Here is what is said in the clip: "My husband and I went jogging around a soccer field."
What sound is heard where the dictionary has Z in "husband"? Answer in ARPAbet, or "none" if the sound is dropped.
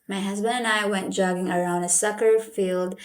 Z